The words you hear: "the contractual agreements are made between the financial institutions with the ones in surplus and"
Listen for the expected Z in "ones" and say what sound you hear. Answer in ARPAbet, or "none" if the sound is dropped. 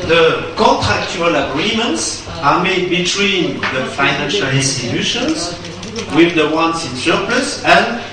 S